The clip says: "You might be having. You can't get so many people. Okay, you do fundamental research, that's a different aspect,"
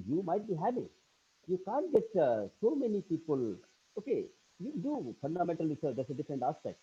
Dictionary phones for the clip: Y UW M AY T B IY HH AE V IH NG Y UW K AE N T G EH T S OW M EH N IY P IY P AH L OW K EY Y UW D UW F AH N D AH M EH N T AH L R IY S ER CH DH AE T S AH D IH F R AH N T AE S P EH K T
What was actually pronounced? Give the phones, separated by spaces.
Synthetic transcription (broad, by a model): Y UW M AY T B IY HH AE P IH Y UW K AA N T G EH T S OW M EH N IY P IY P AH L OW K EY Y UW D UW F AH N D AH M EH N T AH L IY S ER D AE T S AH D IH F R AH N T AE S P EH K T